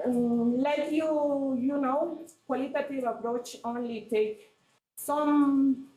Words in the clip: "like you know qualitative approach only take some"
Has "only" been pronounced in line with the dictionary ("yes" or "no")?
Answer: yes